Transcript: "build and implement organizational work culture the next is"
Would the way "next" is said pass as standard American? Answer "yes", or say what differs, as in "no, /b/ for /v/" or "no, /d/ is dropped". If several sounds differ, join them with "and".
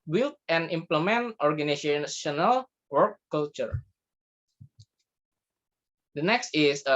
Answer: yes